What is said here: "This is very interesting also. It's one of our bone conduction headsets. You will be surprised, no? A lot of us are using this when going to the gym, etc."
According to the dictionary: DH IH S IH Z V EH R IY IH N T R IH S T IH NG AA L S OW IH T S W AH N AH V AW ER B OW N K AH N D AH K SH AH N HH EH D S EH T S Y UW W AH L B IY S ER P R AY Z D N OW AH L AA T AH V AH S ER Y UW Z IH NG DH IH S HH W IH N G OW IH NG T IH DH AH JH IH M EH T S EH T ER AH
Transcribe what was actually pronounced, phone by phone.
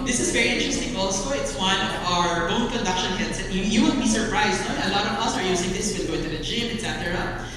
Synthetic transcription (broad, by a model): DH IH S IH Z V EH R IY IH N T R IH S T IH NG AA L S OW IH T S W AH N AH V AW ER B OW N K AH N D AH K SH AH N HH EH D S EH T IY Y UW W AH N B IY S ER P R AY Z D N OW AH L AA T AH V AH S ER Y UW S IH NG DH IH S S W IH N G OW IH NG T IH DH AH JH IH M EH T S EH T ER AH